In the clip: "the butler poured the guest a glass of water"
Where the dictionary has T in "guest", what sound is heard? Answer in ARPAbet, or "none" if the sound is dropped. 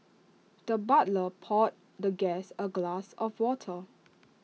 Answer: none